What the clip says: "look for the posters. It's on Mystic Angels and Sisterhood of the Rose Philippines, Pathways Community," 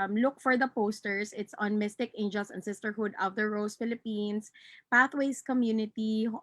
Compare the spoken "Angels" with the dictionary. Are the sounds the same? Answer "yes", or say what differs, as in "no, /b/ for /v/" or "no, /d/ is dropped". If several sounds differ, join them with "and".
no, /s/ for /z/